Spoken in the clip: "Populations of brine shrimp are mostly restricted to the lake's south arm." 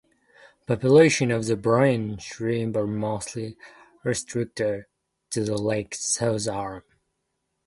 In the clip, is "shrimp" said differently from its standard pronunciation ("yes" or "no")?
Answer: yes